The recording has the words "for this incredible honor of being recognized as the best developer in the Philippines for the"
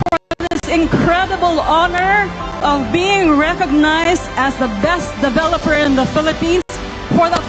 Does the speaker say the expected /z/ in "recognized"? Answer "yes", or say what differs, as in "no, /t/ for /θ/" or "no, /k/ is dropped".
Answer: yes